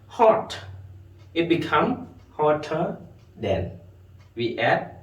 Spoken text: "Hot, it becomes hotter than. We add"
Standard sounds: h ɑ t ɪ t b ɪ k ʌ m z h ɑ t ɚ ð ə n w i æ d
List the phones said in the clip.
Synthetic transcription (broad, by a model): h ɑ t ɪ t b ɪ k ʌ m h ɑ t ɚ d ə n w i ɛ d